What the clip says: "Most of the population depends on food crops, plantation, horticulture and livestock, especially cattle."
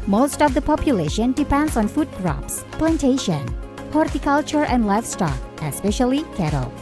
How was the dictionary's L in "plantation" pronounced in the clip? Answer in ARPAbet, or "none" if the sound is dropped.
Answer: L